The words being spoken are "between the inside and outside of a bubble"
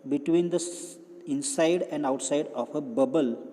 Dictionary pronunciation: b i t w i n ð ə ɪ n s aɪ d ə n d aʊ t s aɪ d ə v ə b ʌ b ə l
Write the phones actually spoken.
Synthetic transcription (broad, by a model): b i t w i n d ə ɪ n s aɪ d ə n d aʊ t s aɪ d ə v ə b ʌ b ə l